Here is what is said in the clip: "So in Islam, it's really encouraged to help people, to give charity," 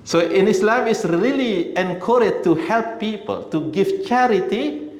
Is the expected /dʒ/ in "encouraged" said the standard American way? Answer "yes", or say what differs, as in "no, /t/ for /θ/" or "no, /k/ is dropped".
no, /dʒ/ is dropped